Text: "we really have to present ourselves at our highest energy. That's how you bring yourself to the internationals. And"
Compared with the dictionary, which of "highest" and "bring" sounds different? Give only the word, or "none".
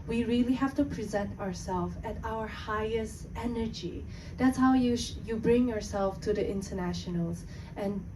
none